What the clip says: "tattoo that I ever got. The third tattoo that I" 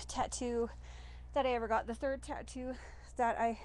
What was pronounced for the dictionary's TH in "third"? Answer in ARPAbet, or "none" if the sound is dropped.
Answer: TH